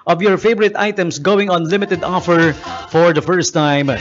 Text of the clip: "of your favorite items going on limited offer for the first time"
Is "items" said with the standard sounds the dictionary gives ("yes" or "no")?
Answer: no